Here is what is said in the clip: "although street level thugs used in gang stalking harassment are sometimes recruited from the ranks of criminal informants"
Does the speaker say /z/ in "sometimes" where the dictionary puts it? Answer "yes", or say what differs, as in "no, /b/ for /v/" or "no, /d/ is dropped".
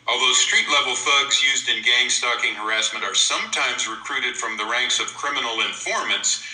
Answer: yes